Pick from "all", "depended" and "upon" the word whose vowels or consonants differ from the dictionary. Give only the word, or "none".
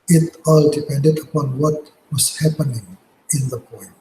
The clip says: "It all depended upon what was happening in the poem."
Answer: none